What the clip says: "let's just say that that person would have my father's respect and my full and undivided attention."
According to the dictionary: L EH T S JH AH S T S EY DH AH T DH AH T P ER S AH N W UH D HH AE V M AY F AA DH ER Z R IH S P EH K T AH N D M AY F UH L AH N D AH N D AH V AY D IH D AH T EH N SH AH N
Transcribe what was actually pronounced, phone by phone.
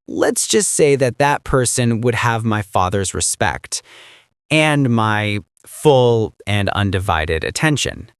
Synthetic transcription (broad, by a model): L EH T S JH AH S T S EY DH AH T DH AH T P ER S AH N W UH D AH V M AY F AA DH ER Z R IH S P EH K T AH N M AY F UH L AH N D AH N D AH V AY D IH D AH T EH N SH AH N